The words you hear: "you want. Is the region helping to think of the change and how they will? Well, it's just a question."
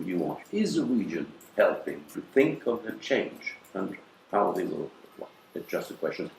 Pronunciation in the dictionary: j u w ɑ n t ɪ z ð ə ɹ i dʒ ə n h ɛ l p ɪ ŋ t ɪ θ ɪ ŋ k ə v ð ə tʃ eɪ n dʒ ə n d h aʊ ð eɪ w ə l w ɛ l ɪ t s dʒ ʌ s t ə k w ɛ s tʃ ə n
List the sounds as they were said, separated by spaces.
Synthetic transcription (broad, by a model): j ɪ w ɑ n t ɪ z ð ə ɹ i dʒ ə n h ɛ l p ɪ ŋ t ɪ θ ɪ ŋ k ə v ð ə tʃ eɪ n dʒ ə n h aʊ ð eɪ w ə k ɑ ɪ ɪ t s dʒ ʌ s t ə k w ɛ s tʃ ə n